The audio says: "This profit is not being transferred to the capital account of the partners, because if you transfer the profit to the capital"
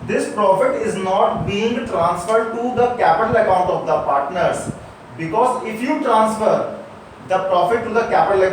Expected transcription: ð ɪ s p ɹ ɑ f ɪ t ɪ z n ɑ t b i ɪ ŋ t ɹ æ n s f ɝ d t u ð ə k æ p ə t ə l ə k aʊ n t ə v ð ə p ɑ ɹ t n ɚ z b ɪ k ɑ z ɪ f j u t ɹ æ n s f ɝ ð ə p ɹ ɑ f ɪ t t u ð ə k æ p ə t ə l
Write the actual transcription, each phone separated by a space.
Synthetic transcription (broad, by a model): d ɪ s p ɹ ɑ f ɪ t ɪ z n ɑ t b i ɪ ŋ t ɹ æ n s f ɝ d t u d ə k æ p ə t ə l ə k aʊ n t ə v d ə p ɑ ɹ t n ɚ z b ɪ k ɑ z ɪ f j u t ɹ æ n s f ɝ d ə p ɹ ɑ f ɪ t t u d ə k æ p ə t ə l